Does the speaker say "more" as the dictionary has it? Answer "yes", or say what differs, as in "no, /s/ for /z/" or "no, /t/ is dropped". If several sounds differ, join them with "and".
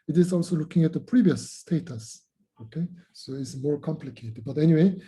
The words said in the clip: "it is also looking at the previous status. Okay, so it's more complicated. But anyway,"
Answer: yes